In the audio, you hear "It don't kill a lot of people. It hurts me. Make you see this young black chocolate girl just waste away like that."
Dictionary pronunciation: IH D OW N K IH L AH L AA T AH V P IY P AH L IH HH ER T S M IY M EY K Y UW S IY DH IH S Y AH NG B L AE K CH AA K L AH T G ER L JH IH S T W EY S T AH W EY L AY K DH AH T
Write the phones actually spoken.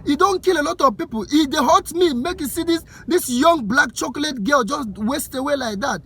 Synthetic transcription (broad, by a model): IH D OW N K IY L AH L AA T AH V P IY P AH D IH HH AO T M IY M EY K Y UW S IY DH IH S Y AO NG B L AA K CH AA K L AH T G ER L JH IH S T W EY S T AH W EY L AY K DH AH T